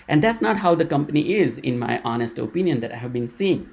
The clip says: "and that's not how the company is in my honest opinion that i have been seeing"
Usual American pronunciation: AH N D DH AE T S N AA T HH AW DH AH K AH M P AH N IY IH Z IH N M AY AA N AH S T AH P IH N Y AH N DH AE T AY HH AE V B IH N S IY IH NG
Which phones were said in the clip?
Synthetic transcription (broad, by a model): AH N D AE T S N AA T HH AW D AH K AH M P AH N IY IH Z IH N M AY AA N AH S T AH P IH N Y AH N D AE T AY HH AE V B IH N S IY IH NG